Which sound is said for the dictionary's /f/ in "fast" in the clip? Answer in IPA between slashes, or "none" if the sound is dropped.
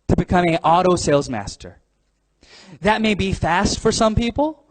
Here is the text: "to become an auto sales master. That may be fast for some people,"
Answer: /f/